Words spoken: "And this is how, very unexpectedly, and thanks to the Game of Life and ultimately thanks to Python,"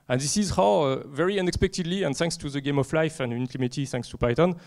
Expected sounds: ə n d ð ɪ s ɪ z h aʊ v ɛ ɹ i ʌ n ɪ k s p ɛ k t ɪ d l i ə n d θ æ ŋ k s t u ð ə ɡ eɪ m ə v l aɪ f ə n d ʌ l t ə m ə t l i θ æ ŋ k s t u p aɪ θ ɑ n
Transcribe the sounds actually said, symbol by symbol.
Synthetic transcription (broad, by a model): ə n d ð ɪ s ɪ z h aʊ v ɛ ɹ i ʌ n ɪ k s p ɛ k t ɪ d l i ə n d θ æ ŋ k s t u ð ə ɡ eɪ m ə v l aɪ f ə n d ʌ n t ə m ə t i θ æ ŋ k s t u p aɪ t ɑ n